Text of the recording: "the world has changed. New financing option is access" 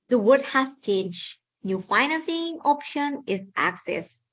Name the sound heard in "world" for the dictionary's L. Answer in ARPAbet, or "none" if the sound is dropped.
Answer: none